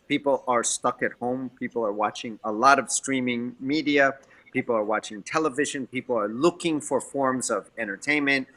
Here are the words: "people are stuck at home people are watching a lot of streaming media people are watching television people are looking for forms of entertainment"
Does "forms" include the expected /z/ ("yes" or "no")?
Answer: yes